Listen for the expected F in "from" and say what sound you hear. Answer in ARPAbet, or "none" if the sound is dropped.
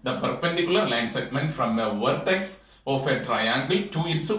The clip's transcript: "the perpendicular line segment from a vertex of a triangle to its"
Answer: F